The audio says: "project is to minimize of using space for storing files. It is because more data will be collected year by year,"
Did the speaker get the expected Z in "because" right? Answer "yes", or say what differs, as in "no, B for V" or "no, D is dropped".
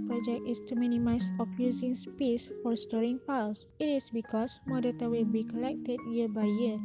no, S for Z